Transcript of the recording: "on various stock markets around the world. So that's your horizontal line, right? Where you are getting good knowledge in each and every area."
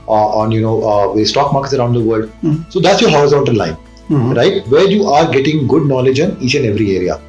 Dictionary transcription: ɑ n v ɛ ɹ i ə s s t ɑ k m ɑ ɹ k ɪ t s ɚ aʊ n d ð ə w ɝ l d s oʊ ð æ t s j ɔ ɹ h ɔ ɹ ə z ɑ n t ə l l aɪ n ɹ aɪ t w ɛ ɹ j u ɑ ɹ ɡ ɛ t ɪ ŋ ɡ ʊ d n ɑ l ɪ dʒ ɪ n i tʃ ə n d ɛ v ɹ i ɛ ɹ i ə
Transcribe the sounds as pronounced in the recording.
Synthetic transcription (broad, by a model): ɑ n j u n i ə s s t ɑ k m ɑ ɹ k ɪ t s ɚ aʊ n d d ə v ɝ l d s oʊ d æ t s j ɔ ɹ h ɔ ə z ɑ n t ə n l aɪ n ɹ aɪ t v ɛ ɹ j u ɑ ɹ ɡ ɛ t ɪ ŋ ɡ ʊ d n ɑ l ɪ dʒ ɪ n i tʃ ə n ɛ v ɹ i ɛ ɹ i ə